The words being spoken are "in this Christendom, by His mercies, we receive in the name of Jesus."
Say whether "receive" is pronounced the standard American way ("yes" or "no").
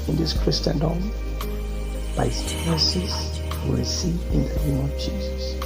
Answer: no